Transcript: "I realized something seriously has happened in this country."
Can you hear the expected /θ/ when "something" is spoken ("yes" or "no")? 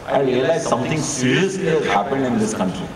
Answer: no